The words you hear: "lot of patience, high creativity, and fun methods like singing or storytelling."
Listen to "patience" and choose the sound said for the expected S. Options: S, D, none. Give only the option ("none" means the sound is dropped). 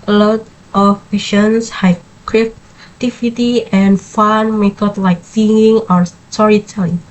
S